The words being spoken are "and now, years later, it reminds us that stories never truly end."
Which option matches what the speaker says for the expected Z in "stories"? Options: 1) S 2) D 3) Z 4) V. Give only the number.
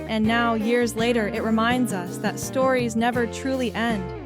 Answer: 3